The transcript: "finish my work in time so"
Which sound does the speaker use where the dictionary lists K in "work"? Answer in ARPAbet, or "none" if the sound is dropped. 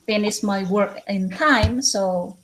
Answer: K